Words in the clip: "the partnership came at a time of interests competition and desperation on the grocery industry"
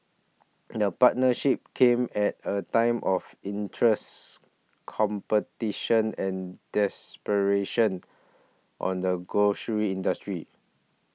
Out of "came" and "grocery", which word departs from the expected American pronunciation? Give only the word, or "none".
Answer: grocery